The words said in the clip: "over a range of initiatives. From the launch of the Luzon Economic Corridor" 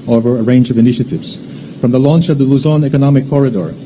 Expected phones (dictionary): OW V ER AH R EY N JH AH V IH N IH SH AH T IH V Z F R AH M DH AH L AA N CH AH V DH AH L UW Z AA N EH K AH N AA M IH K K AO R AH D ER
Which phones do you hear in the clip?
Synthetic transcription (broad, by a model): OW V ER AH R EY N JH AH V IH N IH SH AH T IH V Z F R AH M DH AH L AA N CH AH V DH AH L UW Z AA N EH K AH N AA M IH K K AO R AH D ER